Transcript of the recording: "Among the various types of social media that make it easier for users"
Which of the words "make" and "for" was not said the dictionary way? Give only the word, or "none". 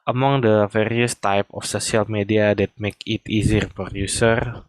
for